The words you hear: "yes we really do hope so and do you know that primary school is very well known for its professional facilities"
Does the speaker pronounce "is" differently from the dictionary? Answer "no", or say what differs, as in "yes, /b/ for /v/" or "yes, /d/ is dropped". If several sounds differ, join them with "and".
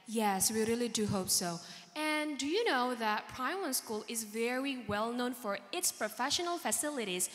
no